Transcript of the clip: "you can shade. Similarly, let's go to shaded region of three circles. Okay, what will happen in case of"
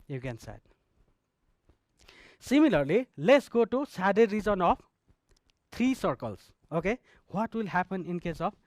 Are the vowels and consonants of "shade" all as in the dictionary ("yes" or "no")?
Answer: no